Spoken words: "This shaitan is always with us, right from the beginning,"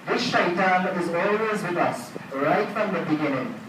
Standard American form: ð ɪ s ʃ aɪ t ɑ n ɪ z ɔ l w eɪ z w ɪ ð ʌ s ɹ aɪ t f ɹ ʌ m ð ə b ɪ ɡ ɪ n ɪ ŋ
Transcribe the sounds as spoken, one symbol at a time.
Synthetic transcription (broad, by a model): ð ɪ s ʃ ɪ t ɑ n ɪ z ɔ l w eɪ z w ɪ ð ʌ s ɹ aɪ t f ɹ ʌ m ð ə b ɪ ɡ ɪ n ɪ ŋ